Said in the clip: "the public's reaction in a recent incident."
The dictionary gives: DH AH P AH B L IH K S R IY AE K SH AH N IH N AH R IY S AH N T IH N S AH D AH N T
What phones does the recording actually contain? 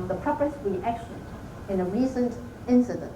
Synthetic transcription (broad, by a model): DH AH P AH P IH S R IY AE K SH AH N IH N AH R IY S AH N T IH N S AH D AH N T